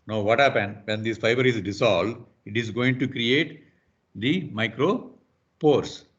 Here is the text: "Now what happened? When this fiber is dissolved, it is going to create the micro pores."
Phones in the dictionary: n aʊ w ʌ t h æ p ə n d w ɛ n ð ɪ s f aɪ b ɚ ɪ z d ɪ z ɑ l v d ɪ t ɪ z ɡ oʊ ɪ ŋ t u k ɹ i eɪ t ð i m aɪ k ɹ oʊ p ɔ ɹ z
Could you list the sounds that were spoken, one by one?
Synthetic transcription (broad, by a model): n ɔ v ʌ t h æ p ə n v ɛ n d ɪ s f aɪ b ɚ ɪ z d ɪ s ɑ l d ɪ t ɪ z ɡ oʊ ɪ ŋ t u k ɹ i eɪ t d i m aɪ k ɹ oʊ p ɔ ɹ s